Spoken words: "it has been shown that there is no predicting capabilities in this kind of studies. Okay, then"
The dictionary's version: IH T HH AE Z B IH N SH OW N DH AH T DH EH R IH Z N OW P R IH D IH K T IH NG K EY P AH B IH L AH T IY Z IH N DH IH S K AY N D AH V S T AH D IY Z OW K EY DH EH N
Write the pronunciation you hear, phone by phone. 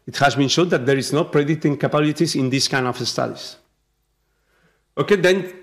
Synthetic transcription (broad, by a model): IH T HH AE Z B IH N SH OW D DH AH T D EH R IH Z N OW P R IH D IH T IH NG K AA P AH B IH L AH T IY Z IH N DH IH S K AY N D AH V S T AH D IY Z OW K EY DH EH N